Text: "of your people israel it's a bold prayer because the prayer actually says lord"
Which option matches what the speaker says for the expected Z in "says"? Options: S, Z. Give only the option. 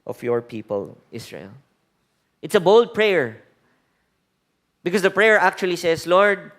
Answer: S